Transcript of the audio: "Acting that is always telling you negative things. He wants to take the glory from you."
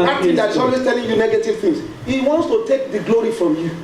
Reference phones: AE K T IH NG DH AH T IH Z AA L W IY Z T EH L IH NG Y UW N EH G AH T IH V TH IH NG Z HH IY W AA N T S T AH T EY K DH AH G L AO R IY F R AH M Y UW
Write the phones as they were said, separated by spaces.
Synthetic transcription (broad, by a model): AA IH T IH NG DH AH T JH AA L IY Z T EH L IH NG Y UW N EH G AH T IH V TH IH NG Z HH IY W AA N T S T AH T EY K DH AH G L AO R IY F R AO M Y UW